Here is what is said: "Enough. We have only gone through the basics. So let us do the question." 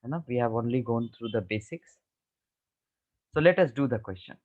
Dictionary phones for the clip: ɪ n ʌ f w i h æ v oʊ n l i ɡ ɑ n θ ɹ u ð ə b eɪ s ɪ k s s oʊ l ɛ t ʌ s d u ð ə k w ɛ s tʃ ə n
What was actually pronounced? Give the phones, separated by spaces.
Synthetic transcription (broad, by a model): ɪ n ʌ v i h æ v oʊ n l i ɡ ɑ n t ɹ u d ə b eɪ s ɪ k s s oʊ l ɛ t ʌ s d u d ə k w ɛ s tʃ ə n